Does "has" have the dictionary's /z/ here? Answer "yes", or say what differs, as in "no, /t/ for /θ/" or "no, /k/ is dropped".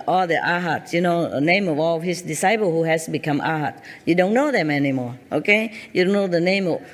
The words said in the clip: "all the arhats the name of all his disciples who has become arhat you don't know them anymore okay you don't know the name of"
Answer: no, /s/ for /z/